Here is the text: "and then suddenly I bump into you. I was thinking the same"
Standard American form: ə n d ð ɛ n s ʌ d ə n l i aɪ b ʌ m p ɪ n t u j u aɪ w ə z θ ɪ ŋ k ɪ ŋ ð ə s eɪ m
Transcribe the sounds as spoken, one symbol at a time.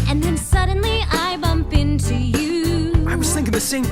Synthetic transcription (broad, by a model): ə n ð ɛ n s ʌ d n l i aɪ b ʌ m p ɪ n t u j u aɪ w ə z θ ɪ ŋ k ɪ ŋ ð ə s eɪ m